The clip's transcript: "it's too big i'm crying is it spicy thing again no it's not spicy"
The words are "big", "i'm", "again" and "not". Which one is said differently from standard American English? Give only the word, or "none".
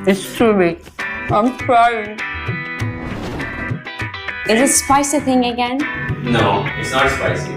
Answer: big